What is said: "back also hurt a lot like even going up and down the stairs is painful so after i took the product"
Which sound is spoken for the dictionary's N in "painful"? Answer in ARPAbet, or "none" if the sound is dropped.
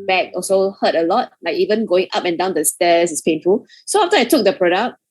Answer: N